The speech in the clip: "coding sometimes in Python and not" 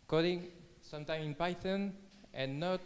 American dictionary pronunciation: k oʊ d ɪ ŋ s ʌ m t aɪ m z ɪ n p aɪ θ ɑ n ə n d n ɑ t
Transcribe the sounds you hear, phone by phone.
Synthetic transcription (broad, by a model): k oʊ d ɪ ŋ s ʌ m t aɪ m ɪ n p aɪ t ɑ n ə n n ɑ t